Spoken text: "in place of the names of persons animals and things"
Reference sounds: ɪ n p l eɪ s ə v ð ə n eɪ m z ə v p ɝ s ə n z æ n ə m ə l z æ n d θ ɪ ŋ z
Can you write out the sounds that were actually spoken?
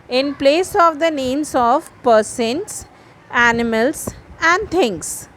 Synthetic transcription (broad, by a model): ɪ n p l eɪ s ə v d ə n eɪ m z ə v p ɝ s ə n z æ n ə m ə l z æ n d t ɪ ŋ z